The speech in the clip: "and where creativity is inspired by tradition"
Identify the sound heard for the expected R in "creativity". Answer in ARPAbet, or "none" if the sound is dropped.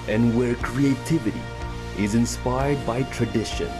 R